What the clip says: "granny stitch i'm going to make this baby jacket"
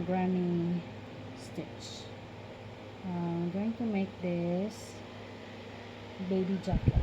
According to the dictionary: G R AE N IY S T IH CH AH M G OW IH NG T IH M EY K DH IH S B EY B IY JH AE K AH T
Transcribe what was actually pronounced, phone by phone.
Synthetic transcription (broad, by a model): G R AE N IY S T IH CH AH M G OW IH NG T IH M EY K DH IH S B EY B IY JH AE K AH